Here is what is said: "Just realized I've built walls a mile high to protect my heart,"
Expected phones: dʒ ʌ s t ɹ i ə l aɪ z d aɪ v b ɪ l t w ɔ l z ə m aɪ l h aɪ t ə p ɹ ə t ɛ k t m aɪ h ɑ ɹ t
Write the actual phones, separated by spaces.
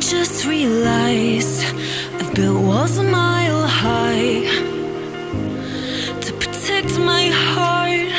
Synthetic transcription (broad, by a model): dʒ ʌ s t ɹ i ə l aɪ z aɪ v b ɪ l w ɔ z ə m aɪ l h aɪ t ə p ɹ ə t ɛ k t m aɪ h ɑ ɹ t